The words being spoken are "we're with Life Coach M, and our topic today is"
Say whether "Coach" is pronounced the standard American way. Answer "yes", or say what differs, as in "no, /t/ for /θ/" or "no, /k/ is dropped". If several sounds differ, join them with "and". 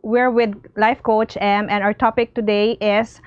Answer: yes